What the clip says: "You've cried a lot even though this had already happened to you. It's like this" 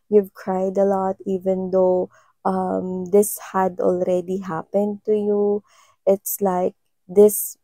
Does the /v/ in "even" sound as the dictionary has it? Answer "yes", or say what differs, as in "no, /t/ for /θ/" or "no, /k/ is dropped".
yes